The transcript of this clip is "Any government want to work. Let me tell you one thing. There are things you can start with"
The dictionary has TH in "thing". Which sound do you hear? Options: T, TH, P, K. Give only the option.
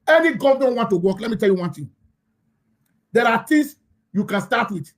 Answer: T